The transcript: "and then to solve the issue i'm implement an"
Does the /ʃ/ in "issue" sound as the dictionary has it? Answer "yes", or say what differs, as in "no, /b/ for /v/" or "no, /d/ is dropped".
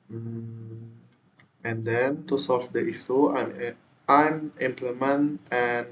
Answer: no, /s/ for /ʃ/